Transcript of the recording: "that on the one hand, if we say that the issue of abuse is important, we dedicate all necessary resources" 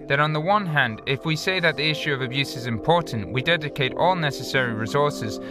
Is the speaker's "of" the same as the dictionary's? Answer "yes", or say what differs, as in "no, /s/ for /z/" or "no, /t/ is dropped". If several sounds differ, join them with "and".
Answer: yes